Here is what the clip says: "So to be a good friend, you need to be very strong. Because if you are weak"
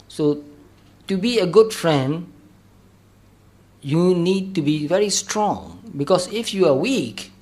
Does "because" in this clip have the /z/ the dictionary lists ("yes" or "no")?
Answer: no